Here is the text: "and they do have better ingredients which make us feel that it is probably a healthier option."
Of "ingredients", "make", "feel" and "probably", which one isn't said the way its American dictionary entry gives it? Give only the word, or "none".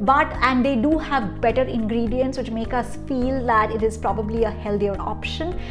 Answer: none